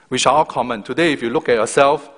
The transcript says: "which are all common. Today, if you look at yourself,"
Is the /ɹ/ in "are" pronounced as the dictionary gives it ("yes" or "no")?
no